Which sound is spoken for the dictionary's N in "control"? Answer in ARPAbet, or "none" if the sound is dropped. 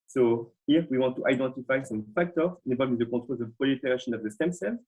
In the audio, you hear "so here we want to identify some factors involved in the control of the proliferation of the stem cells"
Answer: none